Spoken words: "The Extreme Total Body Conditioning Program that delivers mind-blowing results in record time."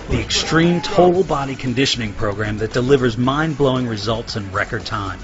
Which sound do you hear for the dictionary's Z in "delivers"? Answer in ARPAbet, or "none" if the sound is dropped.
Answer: Z